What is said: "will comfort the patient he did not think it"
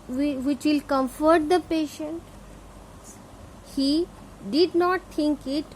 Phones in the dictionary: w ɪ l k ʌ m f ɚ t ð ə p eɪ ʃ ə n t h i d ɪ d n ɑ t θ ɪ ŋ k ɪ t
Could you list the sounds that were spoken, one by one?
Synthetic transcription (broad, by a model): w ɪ l k ʌ m f ɚ t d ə p eɪ ʃ ə n t h i d ɪ d n ɑ t t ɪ ŋ k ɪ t